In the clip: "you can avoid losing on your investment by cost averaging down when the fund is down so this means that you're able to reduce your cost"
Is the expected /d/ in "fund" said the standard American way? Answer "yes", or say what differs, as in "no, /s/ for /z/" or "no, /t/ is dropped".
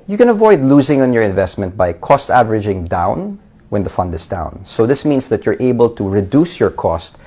yes